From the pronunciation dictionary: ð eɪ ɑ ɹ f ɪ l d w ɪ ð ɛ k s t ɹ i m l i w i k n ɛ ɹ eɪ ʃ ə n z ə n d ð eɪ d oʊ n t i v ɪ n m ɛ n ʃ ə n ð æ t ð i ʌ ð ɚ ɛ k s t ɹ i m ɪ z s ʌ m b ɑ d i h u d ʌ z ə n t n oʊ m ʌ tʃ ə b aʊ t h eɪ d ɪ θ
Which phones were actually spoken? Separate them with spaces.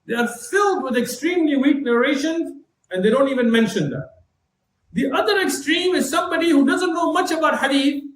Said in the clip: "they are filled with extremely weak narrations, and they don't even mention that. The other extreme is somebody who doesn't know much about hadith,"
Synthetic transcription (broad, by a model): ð eɪ ɑ ɹ f ɪ l d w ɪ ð ɛ k s t ɹ i m l i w i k n ɛ ɹ eɪ ʃ ə n z ə n d eɪ d oʊ n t i v ɪ n m ɛ n ʃ ə n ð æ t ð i ʌ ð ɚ ɛ k s t ɹ i m ɪ z s ʌ m b ɑ d i h u d ʌ z ə n t n oʊ m ʌ tʃ ə b aʊ t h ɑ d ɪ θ